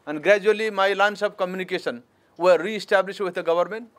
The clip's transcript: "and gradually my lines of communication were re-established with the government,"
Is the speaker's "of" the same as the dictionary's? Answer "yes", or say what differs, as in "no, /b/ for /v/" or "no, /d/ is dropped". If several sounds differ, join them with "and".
no, /b/ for /v/